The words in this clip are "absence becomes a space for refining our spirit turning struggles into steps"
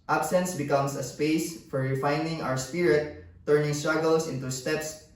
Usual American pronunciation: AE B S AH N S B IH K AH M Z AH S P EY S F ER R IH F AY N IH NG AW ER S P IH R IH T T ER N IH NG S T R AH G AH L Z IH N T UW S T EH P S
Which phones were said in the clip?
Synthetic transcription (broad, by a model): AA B S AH N S B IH K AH M S AH S P EY S F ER R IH F AY N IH NG AW ER S P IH R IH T T ER N IH NG S T R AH G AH L S IH N T UW S T EH P S